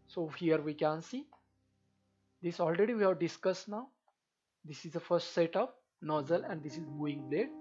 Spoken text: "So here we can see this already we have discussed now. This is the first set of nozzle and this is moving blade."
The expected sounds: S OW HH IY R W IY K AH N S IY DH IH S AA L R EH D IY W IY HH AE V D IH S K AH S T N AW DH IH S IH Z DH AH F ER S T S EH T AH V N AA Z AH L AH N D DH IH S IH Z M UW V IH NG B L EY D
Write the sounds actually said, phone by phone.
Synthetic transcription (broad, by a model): S OW HH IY R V IY K AH N S IY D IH S AA L R EH D IY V IY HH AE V D IH S K AH S T N AW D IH S IH Z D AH F ER S T S EH T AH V N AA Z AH L AH N D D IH S IH Z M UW IH NG B L EY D